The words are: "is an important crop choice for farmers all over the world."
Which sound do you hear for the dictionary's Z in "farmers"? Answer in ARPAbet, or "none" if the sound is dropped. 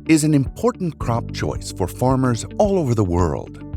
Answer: Z